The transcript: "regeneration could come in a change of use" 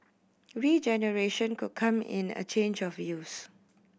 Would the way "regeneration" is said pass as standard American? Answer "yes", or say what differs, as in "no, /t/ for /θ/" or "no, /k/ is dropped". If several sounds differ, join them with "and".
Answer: yes